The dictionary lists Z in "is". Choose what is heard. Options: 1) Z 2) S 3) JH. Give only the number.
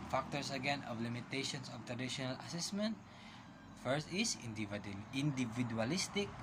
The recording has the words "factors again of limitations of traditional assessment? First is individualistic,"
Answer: 2